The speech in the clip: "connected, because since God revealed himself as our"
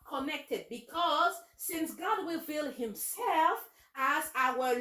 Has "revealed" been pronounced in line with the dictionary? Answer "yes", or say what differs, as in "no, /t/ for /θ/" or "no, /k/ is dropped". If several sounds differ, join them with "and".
no, /w/ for /ɹ/